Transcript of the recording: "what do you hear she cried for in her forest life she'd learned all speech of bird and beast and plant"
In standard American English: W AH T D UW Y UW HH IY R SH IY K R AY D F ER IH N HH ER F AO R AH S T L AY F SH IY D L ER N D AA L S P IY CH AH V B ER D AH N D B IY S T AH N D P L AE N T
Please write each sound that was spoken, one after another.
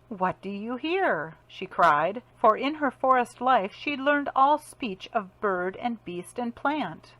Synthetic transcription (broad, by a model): W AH T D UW Y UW HH IY R SH IY K R AY D F ER IH N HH ER F AO R AH S T L AY F SH IY D L ER N D AA L S P IY CH AH V B ER D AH N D B IY S T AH N P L AE N T